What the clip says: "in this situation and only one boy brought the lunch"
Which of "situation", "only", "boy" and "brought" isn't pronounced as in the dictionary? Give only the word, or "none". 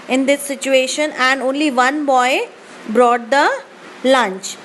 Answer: none